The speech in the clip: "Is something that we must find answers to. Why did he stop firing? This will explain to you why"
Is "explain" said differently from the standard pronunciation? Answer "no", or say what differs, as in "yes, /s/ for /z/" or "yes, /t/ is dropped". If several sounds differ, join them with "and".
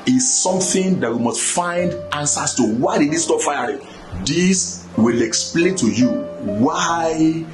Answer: no